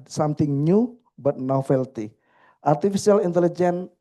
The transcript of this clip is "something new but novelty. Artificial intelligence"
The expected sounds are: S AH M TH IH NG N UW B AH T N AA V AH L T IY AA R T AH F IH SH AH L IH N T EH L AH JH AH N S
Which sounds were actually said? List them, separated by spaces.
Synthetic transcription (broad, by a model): S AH M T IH NG N UW B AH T N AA F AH L T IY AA R T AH F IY S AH L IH N T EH L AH JH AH N